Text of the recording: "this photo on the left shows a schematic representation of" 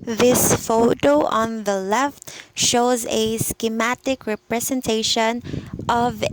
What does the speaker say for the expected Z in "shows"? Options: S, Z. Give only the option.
Z